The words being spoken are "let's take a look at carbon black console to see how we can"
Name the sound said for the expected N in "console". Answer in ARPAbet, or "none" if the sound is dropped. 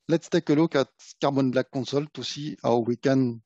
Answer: none